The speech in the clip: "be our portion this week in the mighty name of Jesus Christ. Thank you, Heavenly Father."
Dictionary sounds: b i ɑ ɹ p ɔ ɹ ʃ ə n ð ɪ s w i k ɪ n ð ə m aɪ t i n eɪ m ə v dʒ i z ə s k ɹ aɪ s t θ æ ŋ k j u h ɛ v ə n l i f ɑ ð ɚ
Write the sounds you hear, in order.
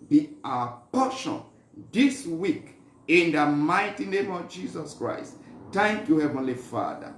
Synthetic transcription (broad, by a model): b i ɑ p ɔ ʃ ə n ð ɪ s w i k ɪ n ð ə m aɪ t i n eɪ m ə v dʒ i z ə s k ɹ aɪ s t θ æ ŋ k j u h ɛ v ə n l i f ɑ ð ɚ